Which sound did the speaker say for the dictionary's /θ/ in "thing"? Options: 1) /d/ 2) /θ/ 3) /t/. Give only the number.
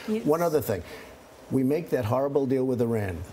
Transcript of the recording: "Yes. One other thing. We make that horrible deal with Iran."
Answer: 2